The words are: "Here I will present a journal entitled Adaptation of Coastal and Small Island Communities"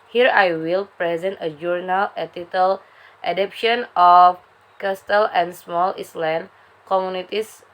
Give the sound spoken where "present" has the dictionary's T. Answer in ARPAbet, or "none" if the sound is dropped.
T